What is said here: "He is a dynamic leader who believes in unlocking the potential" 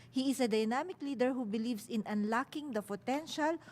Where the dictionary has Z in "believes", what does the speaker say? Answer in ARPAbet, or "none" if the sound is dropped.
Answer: S